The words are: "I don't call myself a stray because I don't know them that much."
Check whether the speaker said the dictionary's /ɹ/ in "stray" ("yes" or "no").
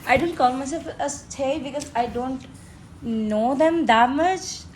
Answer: no